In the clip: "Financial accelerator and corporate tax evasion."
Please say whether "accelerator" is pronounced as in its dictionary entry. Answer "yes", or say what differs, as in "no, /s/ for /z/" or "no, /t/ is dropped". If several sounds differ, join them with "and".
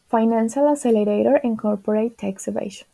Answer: no, /k/ is dropped